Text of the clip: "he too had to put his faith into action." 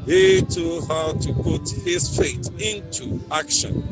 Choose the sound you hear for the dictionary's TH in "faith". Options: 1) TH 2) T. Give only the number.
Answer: 2